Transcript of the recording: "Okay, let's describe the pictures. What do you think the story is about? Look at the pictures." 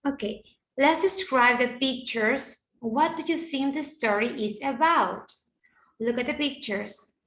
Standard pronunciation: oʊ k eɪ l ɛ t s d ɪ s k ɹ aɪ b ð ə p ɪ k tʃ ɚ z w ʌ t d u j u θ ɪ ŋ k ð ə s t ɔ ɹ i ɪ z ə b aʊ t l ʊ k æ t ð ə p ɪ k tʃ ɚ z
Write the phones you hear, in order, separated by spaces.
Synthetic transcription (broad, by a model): oʊ k eɪ l ɛ t s d ɪ s k ɹ aɪ b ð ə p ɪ k tʃ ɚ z w ʌ t d u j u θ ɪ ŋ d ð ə s t ɔ ɹ i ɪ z ə b aʊ t l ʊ k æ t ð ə p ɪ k tʃ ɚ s